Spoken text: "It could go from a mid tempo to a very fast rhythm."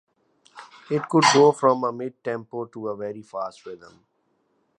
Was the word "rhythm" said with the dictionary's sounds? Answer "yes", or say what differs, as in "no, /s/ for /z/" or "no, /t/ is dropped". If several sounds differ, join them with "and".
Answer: no, /w/ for /ɹ/